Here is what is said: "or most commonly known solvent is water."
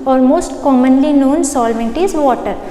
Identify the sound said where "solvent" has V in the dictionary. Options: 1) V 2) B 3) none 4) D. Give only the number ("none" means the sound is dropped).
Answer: 1